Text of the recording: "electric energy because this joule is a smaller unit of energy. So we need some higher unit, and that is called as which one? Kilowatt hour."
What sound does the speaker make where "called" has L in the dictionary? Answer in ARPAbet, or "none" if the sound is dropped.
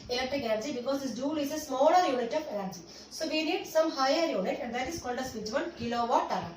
N